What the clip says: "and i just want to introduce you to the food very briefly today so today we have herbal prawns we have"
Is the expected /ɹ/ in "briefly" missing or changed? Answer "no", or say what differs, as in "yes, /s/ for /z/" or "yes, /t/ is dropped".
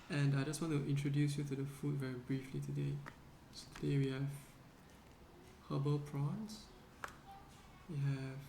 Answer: no